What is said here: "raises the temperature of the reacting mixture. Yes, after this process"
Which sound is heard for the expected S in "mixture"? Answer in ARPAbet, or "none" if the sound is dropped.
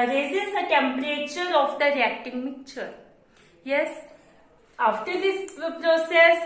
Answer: none